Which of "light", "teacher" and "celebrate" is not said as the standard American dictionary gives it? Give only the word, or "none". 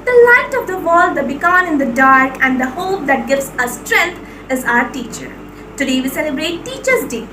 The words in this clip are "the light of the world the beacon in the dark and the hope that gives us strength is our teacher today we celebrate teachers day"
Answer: none